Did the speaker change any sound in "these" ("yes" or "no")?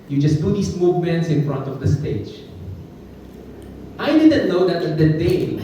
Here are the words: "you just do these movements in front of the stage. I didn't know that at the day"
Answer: yes